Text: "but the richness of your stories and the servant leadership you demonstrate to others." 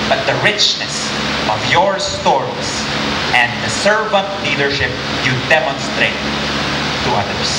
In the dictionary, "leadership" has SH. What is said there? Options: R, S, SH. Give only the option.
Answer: SH